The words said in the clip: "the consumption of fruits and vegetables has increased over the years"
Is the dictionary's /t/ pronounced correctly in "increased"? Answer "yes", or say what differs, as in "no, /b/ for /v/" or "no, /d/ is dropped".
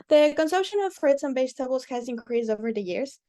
no, /t/ is dropped